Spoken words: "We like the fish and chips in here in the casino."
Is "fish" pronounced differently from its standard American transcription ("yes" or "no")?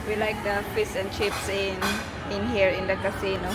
yes